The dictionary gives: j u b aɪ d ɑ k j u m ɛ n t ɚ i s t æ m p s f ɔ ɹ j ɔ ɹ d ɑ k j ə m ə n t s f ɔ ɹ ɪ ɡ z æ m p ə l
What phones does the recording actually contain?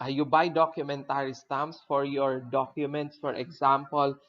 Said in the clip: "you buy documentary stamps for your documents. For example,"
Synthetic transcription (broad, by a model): j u b aɪ d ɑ k j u m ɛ n t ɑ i s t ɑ m s f ɔ ɹ j ɔ ɹ d ɑ k j ə m ə n t s f ɔ ɹ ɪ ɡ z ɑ m p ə l